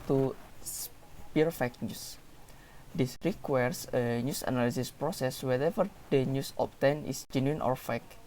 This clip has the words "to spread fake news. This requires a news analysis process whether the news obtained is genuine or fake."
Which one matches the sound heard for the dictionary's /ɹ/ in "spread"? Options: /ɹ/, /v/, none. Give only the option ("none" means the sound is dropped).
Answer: none